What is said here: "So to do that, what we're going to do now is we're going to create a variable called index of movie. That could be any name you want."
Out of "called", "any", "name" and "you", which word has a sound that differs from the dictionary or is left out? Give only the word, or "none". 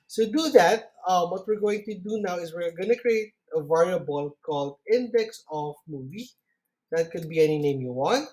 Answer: none